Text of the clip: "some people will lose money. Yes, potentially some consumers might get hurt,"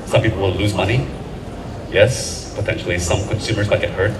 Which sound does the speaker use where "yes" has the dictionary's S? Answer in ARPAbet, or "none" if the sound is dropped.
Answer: S